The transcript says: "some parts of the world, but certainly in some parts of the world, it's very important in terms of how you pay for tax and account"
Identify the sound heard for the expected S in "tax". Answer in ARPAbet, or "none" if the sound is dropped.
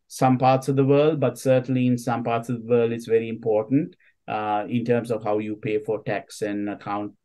S